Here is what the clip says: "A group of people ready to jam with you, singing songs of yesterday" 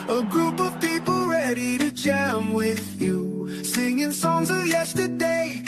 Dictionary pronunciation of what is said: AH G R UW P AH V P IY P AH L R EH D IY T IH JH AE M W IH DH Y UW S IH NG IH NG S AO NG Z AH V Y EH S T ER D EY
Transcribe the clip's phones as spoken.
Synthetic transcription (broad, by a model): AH G R UW P AH V P IY P L R EH D IY T IH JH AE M W IH DH Y UW S IH NG IH NG S AO NG Z AH V Y EH S T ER D EY